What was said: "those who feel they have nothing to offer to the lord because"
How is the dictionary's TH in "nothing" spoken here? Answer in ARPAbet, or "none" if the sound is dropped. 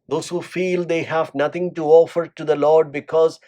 T